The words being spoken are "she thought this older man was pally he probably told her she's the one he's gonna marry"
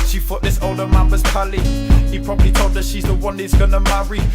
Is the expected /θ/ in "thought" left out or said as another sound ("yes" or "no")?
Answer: yes